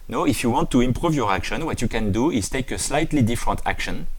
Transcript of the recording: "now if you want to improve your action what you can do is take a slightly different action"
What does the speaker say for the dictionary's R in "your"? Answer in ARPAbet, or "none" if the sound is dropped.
R